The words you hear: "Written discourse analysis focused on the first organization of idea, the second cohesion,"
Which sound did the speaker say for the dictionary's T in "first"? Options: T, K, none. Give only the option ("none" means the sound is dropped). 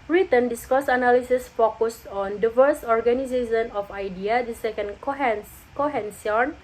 none